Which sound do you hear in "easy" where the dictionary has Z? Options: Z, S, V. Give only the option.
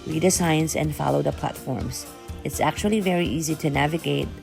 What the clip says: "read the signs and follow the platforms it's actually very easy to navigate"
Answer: Z